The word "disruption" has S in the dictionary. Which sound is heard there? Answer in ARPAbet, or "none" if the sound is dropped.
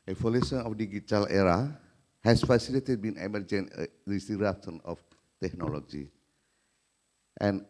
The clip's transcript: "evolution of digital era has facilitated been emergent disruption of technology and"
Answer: none